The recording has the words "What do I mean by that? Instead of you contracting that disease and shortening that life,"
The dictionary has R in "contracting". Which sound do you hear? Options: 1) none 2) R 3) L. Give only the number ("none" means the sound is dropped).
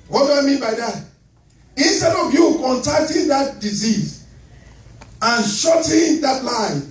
1